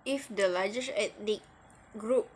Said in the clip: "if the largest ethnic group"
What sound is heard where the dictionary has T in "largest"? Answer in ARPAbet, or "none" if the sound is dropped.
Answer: none